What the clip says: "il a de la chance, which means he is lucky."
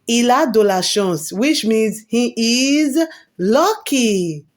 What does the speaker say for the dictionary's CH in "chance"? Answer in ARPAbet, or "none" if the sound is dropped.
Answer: SH